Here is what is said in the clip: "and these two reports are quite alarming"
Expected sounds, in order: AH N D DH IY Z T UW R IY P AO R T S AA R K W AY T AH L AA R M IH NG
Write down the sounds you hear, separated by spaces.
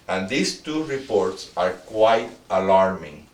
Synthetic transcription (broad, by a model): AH N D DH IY S T UW R IY P AO R T S AA R K W AY T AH L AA R M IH NG